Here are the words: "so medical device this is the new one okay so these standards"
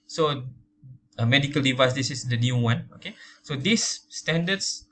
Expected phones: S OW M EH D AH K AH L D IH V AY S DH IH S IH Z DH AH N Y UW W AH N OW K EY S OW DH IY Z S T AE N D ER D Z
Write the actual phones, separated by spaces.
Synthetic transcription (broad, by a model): S OW M EH D AH K AH L D IH V AY S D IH S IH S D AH N Y UW W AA N OW K EY S OW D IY S T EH N D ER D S